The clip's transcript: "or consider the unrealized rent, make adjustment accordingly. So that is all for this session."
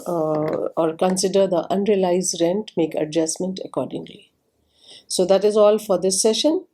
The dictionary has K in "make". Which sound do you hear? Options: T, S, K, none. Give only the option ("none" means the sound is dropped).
K